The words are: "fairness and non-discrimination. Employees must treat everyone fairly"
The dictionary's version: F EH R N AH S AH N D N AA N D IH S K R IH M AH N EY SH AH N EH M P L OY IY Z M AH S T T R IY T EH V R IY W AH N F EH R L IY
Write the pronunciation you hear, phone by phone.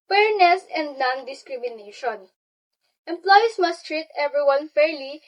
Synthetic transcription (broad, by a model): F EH R N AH S AH N D N AA N D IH S K R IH M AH N EY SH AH N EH M P L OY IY S M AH S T T R IY T EH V R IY W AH N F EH R L IY